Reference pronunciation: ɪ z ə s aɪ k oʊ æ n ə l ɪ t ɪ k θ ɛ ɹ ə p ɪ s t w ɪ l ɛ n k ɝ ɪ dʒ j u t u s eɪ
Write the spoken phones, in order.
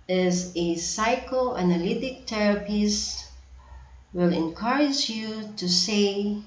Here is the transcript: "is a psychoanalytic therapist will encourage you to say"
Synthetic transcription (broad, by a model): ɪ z ə s aɪ k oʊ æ n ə l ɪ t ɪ k t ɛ ɹ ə p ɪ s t w ɪ l ɛ n k ɝ ɪ dʒ j u t u s eɪ